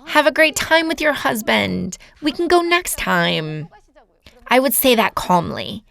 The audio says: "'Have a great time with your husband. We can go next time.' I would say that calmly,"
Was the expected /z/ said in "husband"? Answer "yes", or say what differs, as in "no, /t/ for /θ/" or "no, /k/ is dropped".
yes